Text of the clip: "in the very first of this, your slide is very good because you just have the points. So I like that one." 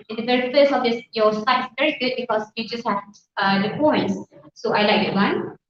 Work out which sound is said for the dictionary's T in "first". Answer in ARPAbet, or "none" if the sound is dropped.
none